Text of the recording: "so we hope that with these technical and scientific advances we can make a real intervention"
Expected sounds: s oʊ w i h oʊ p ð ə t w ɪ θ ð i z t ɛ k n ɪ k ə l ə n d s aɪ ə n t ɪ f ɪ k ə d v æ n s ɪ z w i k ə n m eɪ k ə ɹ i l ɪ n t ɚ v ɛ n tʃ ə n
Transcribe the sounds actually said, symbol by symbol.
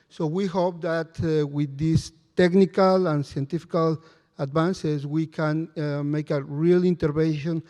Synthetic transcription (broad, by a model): s oʊ w i h oʊ p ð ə t w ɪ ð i s t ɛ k n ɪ k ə l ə n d s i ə n t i f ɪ k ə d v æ n s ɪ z w i k ə n m eɪ k ə ɹ i l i n t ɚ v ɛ n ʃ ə n